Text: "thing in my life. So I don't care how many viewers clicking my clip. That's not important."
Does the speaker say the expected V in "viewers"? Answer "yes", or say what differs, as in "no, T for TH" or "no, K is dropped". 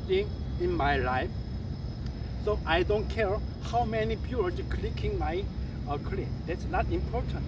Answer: no, B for V